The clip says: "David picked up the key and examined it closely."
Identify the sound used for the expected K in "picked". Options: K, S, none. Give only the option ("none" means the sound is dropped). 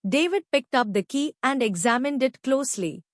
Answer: K